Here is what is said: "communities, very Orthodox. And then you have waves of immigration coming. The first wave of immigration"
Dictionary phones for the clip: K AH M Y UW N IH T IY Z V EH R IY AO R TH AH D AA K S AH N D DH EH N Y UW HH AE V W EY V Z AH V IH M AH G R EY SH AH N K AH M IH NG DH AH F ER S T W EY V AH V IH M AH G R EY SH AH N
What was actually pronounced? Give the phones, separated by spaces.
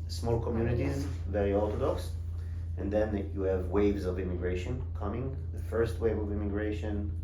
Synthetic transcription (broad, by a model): K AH M Y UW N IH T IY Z V EH R IY AO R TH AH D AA K S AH N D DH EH N Y UW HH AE V W EY V Z AH V IH M AH G R EY SH AH N K AH M IH NG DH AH F ER S T W EY V AH V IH M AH G R EY SH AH N